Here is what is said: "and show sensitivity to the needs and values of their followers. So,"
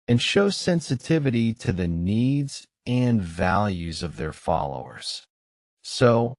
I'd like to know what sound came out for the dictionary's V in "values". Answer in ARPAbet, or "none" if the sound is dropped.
V